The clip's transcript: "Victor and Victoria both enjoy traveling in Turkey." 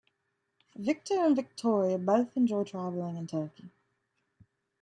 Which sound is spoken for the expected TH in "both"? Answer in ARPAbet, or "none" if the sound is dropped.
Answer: TH